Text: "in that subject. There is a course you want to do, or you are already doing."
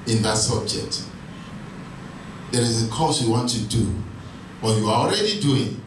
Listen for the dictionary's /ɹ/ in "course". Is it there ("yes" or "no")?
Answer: no